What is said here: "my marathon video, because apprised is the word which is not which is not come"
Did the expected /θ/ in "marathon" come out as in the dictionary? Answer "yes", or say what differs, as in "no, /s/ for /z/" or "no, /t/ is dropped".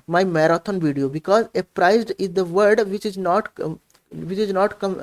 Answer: no, /t/ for /θ/